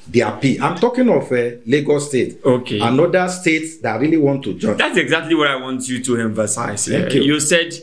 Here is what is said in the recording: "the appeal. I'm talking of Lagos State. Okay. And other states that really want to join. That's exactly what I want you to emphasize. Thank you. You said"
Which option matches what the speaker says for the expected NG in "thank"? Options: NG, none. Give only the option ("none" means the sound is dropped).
none